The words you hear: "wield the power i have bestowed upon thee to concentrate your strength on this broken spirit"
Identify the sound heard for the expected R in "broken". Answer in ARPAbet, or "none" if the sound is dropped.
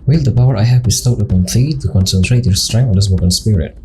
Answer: none